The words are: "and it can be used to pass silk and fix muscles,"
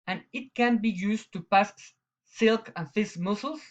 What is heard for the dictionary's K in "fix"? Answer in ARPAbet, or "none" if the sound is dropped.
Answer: none